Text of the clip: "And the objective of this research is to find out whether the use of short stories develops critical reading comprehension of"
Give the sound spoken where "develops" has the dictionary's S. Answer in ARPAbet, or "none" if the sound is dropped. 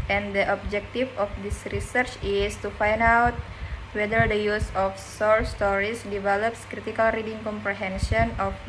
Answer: S